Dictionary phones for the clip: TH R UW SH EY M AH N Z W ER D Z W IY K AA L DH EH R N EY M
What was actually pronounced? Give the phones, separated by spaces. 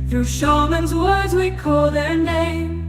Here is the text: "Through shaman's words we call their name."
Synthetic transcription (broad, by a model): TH R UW SH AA M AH N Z W ER D Z W IY K AA L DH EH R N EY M